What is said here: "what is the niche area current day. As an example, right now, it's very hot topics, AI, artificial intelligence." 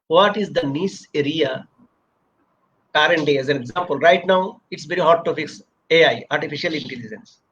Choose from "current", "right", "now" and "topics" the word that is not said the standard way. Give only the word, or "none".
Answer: topics